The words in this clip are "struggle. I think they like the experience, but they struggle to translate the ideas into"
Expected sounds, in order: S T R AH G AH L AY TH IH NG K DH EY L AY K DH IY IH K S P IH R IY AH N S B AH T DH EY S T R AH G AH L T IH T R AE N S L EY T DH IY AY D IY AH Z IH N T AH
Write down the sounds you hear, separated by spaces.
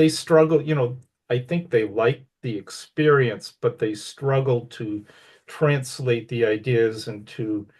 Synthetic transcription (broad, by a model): S T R AH G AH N AY TH IH NG K DH EY L AY K DH IY IH K S P IH R IY AH N S B AH T DH EY S T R AH G L T IH T R AE N S L EY T DH IY AY D IY AH Z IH N T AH